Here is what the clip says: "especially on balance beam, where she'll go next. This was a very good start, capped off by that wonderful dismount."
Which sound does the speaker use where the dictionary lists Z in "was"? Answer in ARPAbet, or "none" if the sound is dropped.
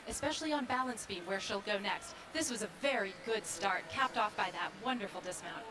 Z